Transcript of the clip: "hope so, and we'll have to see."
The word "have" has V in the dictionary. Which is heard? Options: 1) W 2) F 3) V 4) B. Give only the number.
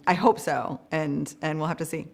2